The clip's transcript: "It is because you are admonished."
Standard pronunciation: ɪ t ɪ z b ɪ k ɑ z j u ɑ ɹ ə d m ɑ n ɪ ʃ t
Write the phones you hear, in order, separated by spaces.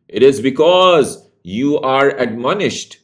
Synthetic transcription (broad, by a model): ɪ t ɪ z b ɪ k ɑ z j u ɑ ɹ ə d m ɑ n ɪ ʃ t